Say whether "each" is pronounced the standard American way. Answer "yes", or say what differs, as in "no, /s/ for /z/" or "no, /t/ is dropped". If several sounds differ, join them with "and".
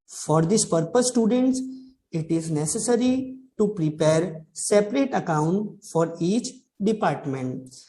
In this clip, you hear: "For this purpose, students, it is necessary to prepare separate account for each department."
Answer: yes